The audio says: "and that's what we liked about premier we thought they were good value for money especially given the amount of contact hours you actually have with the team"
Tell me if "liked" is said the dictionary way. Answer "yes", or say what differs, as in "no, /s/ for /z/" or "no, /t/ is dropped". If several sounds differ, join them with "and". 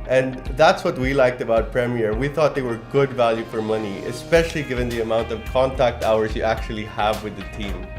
yes